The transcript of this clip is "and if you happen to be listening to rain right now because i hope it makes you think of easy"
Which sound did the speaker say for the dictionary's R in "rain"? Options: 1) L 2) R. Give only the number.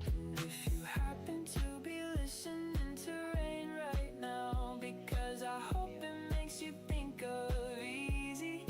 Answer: 2